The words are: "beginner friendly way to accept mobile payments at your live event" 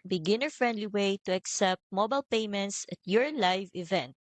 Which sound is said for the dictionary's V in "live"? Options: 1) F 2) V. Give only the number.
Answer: 2